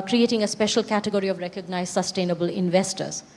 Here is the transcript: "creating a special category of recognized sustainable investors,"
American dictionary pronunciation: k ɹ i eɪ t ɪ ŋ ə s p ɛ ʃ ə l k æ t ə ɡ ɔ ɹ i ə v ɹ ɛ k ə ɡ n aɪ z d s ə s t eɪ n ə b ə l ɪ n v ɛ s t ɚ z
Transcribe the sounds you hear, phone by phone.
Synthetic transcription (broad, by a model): k ɹ i eɪ t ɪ ŋ ə s p ɛ ʃ ə l k æ t ə ɡ ɔ ɹ i ə v ɹ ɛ k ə ɡ n aɪ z s ə s t eɪ n ə b ə l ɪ n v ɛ s t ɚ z